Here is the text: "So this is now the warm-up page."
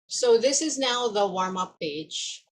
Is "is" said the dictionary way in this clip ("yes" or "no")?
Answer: yes